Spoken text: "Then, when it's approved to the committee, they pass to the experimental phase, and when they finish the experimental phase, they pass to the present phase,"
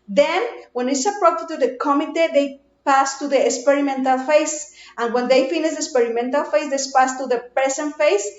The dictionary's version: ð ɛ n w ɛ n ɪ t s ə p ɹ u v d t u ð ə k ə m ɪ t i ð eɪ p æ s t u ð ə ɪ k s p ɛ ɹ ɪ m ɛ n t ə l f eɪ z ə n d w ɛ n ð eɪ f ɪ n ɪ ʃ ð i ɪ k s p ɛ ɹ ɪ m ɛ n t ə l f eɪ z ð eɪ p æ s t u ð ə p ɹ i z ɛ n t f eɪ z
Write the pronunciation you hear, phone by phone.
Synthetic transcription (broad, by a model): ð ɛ n w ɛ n ɪ t s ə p ɹ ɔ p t t u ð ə k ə m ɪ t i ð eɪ p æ s t u ð ə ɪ k s p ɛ ɹ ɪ m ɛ n t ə l f eɪ s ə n w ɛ n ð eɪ f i n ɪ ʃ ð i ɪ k s p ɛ ɹ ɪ m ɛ n t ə l f eɪ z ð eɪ p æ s t u ð ə p i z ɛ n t f eɪ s